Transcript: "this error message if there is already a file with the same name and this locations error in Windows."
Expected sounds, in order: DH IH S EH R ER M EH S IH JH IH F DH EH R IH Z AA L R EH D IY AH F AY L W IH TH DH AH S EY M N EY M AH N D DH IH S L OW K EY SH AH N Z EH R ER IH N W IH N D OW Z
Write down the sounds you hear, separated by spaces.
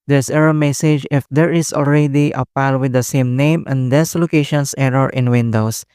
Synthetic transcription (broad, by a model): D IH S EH R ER M EH S IH JH IH F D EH R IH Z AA L R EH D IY AH P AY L W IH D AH S EY M N EY M AH N D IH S L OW K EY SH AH N S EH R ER IH N W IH N D OW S